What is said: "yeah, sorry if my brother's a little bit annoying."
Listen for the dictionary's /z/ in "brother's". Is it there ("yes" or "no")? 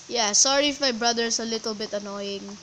no